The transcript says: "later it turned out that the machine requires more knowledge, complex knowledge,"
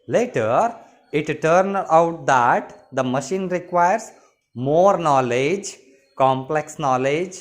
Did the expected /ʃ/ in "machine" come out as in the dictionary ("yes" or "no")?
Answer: yes